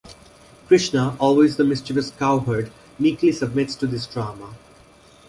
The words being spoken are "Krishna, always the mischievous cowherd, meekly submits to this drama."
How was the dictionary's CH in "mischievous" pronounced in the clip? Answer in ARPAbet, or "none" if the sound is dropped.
CH